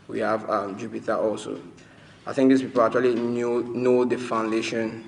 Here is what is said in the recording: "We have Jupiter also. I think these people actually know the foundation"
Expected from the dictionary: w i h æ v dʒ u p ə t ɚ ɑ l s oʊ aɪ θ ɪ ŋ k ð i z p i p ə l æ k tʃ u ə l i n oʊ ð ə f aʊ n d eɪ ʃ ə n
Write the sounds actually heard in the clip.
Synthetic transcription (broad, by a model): w i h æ v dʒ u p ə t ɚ ɑ l s oʊ aɪ θ ɪ ŋ k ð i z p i p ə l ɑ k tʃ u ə l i n oʊ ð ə f aʊ n d eɪ ʃ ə n